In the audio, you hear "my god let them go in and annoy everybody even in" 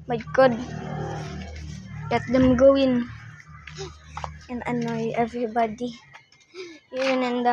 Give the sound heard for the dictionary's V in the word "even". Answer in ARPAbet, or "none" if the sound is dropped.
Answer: W